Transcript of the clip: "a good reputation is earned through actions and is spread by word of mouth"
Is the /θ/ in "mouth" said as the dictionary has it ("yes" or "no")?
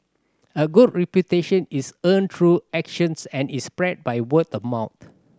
no